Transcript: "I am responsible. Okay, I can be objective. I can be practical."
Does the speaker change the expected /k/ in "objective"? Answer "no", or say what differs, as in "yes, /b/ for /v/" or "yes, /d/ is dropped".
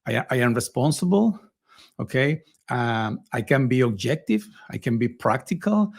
no